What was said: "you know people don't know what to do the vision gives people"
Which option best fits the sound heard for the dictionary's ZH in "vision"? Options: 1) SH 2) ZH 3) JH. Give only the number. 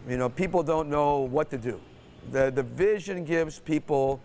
2